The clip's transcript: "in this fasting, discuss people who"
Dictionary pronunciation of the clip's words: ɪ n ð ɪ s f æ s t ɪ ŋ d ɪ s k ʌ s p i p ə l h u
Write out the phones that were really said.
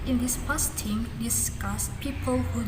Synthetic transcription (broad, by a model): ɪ n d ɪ s p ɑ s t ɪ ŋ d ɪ s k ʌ s p i p ə l h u